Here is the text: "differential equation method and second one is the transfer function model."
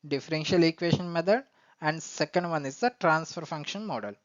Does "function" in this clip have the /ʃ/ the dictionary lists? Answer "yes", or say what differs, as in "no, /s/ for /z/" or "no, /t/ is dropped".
yes